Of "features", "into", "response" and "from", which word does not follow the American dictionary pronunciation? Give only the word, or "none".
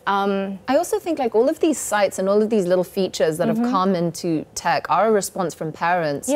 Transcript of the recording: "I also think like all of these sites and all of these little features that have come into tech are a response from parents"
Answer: none